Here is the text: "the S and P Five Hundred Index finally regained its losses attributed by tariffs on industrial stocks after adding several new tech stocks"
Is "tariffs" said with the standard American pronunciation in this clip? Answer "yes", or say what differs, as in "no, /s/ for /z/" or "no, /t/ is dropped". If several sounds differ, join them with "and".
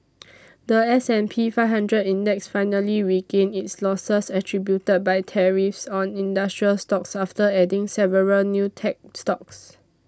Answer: yes